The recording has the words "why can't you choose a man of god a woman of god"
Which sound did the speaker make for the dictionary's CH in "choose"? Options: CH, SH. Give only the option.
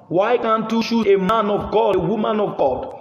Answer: SH